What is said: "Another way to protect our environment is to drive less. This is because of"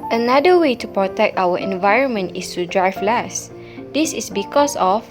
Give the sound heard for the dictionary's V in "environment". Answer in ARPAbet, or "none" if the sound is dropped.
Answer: V